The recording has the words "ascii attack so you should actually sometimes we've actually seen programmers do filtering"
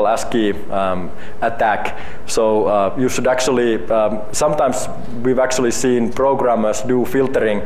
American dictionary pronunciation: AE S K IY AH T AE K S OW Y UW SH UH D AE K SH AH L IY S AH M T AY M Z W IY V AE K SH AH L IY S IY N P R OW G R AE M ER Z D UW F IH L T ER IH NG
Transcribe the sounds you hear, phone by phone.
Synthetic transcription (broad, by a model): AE S K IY AH T AE K S OW Y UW SH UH D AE K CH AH L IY S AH M T AY M S W IY V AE K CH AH L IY S IY N P R OW G R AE M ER S D UW F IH L T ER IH NG